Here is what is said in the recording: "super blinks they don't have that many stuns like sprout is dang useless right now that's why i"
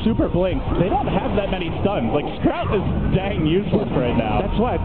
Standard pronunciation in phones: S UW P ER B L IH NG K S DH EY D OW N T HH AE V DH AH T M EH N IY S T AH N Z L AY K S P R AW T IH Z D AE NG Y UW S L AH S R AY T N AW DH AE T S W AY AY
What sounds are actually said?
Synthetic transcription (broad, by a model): S UW P ER B L IH NG K S DH EY D OW N T HH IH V DH AH T M EH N IY S T AH N Z L AY K S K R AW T IH Z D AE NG Y UW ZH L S R AY T N AW DH AE T S W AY AY